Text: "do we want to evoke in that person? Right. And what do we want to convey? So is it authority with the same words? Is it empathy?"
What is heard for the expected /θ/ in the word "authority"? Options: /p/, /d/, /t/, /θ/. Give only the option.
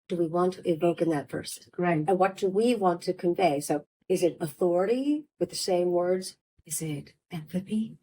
/θ/